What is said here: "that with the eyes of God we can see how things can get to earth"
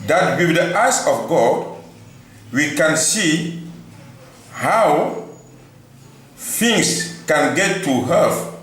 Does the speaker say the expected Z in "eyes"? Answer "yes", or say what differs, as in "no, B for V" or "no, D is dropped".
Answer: no, S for Z